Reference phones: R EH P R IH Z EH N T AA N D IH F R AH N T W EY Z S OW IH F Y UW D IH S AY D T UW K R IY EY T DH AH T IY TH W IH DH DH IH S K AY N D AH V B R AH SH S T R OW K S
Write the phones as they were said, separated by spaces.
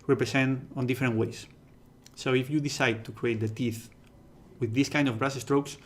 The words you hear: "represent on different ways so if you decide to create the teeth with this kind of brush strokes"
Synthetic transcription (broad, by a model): R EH P R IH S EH N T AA N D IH F R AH N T W EY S S OW IH F Y UW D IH S AY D T UW K R IY EY T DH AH T IY TH W IH DH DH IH S K AY N D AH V B R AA S S T R OW K S